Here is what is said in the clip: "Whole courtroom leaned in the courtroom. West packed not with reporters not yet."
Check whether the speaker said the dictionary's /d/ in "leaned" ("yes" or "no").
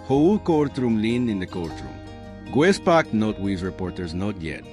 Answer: no